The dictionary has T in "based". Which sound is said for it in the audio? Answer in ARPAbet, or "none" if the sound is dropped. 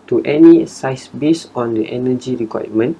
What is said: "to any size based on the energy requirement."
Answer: none